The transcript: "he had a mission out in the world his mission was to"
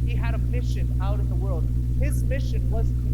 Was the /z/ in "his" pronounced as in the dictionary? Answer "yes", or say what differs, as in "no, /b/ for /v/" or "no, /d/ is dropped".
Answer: yes